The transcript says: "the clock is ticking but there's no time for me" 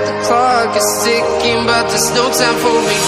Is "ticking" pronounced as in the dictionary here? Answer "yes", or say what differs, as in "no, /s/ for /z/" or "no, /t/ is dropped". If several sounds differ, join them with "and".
no, /s/ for /t/